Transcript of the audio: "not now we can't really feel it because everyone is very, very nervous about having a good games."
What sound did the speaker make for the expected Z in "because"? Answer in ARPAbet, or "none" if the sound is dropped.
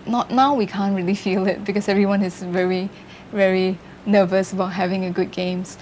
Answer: S